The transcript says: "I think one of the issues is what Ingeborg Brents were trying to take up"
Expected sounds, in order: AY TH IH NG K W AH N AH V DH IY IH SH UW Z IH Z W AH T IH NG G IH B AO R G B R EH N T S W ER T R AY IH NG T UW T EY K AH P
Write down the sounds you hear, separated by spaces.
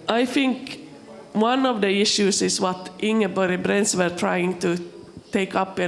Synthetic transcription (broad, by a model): AY TH IH NG K W AH N AH V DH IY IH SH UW S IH S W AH T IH NG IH B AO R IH B R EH N S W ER T R AY IH NG T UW T EY K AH P